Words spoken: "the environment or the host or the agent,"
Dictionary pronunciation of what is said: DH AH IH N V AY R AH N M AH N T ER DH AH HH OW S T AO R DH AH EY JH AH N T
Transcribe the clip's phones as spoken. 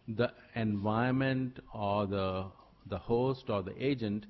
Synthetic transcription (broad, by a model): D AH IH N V AY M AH N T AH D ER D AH HH OW S T AO R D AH EY JH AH N T